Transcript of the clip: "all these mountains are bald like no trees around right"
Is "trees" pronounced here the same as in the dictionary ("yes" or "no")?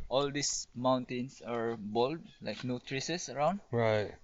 no